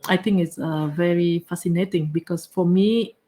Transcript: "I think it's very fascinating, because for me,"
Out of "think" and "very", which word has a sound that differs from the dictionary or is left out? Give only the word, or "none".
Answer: think